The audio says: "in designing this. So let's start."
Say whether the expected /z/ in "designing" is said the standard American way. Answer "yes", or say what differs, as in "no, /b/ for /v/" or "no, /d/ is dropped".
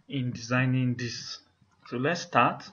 yes